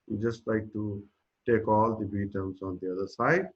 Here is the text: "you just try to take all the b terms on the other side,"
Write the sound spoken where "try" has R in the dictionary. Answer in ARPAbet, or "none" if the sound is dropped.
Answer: L